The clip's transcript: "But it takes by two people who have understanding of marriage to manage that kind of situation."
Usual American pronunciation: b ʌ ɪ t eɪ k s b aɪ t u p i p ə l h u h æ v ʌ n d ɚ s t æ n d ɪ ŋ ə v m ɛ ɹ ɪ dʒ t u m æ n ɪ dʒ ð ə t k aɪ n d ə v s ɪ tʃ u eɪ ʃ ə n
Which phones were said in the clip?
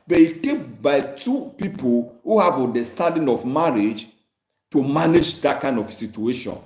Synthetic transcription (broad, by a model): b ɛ ɪ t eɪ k b aɪ t u p i p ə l h u h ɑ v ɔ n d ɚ s t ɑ d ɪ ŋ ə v m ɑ ɹ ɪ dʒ t u m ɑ n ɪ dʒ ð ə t k aɪ n d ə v s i tʃ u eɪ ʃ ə n